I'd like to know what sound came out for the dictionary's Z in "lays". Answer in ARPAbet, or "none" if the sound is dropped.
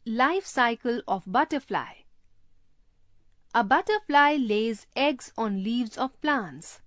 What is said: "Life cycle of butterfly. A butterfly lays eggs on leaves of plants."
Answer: Z